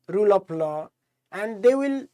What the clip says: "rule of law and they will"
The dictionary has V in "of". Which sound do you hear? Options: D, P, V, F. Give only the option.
P